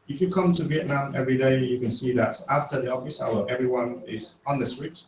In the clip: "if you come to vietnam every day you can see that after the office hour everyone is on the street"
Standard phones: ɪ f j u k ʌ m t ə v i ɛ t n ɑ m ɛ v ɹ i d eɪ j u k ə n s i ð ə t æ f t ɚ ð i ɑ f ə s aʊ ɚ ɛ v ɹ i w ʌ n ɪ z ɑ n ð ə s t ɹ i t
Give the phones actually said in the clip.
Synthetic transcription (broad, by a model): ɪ f j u k ʌ m t ə v i ɛ t n ɑ m ɛ v ɹ i d eɪ j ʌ k ə n s i ð ə t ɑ f t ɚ ð i ɑ f ə s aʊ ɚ ɛ v ɹ i w ʌ n ɪ z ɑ n ð ə s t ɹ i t